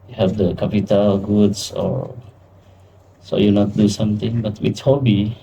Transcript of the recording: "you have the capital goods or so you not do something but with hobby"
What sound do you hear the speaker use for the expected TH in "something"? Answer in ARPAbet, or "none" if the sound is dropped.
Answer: T